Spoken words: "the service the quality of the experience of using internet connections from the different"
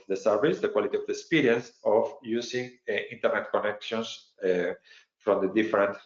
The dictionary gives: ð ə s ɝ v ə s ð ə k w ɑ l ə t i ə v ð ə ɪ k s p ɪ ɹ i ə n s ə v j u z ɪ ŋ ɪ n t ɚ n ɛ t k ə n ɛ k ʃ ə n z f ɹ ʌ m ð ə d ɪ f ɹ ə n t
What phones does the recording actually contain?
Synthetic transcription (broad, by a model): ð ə s ɝ v ə s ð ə k w ɑ l ə t i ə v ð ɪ k s p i ɹ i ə n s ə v j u s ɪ ŋ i n t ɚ n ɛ t k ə n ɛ k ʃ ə n s f ɹ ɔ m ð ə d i f ɹ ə n t